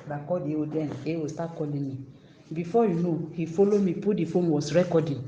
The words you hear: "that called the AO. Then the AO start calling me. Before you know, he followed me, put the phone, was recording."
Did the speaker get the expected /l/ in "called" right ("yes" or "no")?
no